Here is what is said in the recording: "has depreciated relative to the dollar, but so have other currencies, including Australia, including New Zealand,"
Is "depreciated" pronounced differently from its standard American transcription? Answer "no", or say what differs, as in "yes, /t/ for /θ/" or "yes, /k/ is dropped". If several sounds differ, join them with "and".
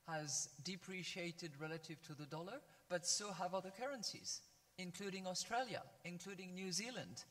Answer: no